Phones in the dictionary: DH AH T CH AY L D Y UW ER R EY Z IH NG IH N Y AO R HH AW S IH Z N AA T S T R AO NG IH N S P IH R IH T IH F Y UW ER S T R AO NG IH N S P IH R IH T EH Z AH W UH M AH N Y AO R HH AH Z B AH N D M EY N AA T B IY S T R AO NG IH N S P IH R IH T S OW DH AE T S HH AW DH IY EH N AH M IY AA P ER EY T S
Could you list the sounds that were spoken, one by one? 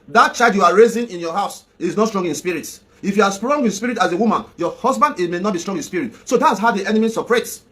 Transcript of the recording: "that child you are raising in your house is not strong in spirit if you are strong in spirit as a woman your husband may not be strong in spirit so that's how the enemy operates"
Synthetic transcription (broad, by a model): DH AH T CH AY D Y UW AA R EY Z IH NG IH N Y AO HH AW S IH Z N AA T S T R AO NG IH N S P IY R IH T IH F Y UW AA S T R AO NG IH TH S P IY R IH T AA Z AH W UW M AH N Y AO HH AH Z B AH N D M EY N AA T B IY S T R AO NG IH N S P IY R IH T S OW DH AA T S HH AW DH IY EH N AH M IY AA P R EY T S